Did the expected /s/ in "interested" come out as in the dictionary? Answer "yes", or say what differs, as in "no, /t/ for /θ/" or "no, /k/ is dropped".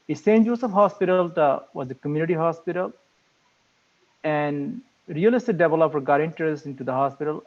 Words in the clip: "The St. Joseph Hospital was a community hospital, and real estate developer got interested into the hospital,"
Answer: no, /s/ is dropped